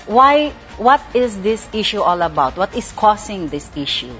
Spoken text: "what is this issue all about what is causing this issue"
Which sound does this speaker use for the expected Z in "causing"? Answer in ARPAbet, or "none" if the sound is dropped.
S